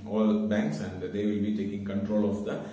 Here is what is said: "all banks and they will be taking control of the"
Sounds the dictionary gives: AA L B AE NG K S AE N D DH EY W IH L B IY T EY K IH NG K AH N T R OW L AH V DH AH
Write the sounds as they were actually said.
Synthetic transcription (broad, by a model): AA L B AE NG K S AE N D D EY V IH L B IY T EY K IH NG K AH N T R OW L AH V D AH